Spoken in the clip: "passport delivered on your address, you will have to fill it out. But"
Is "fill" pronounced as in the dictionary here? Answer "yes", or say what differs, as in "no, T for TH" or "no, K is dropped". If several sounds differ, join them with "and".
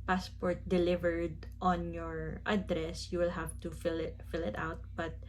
yes